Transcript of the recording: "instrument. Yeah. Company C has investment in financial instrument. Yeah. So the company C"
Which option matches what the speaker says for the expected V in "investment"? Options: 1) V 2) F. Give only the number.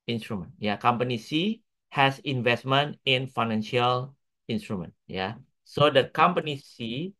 1